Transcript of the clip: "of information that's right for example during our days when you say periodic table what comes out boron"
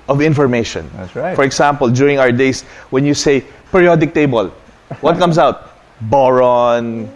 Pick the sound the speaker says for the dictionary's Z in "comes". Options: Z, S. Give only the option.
S